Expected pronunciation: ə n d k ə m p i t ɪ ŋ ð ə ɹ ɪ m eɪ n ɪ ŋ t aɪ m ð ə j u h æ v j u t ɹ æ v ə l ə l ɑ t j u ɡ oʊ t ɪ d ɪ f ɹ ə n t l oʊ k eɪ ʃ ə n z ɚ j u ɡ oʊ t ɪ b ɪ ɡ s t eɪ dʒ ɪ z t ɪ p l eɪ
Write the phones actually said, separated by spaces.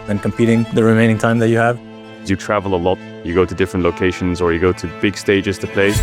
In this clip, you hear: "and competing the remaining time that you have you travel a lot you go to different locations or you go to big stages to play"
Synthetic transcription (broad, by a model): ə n k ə m p i t ɪ ŋ ð ə ɹ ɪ m eɪ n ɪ ŋ t aɪ m ð ə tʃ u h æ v j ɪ t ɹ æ v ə l ə l ɑ t j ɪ ɡ oʊ t ɪ d ɪ f ɹ ə n t l oʊ k eɪ ʃ ə n z ɚ j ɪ ɡ oʊ t ɪ b ɪ ɡ s t eɪ dʒ ɪ z t ɪ p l eɪ